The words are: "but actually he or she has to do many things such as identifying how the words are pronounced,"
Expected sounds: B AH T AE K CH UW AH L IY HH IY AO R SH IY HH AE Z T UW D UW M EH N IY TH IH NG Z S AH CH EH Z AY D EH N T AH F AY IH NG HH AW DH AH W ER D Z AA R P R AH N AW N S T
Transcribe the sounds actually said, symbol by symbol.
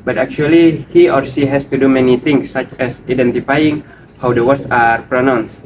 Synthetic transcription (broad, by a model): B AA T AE K CH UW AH L IY HH IY AO R S IY HH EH S T UW D UW M EH N IY T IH NG S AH CH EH S AY D EH N T AH F AY IH NG HH AW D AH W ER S AA R P R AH N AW N S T